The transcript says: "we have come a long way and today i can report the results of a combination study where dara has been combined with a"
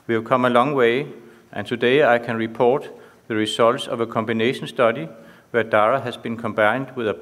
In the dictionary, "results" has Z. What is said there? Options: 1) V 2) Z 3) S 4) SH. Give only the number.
3